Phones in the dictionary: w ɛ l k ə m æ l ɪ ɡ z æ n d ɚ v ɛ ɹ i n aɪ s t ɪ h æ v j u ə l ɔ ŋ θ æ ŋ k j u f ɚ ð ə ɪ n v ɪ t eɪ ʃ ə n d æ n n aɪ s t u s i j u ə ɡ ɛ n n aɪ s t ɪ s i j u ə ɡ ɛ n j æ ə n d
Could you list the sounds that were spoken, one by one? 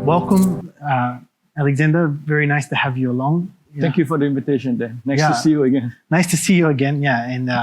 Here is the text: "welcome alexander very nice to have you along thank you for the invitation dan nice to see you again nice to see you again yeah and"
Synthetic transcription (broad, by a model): w ɛ l k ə m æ l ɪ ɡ z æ n d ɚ v ɛ ɹ i n aɪ s t ɪ h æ v j u ə l ɔ ŋ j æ k j u f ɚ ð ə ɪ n v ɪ t eɪ ʃ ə n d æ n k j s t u s i j u ə ɡ ɛ n n aɪ s t ɪ s i j u ə ɡ ɛ n j æ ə n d